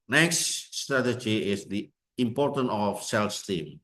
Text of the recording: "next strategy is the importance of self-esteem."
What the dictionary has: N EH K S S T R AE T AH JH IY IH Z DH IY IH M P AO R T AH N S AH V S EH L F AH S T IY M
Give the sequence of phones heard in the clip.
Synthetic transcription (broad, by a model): N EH K S S T R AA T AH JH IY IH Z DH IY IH M P AO R T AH N AH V S EH L F S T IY M